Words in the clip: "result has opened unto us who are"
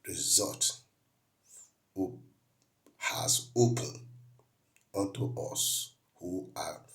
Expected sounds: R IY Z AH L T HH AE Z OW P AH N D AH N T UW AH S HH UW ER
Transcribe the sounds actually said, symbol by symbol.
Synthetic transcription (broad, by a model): R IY Z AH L T HH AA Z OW P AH N AH N T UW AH S HH UW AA